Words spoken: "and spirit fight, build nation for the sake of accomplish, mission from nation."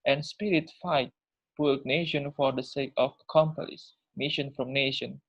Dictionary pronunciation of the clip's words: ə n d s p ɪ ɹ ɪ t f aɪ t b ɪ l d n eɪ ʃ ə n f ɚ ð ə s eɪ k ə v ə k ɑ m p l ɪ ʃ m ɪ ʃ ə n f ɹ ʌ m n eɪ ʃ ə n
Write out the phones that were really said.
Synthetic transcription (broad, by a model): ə n s p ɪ ɹ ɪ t f aɪ t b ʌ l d n eɪ ʃ ə n f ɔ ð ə s eɪ k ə f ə k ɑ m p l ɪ s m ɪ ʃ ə n f ɹ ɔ m n eɪ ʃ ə n